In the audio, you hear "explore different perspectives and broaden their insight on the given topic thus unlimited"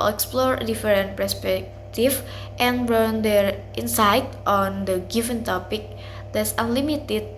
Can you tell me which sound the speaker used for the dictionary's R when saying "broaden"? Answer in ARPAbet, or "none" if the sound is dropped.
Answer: none